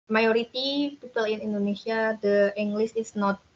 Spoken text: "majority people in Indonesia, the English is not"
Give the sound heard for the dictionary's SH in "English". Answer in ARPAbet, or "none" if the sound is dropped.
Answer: S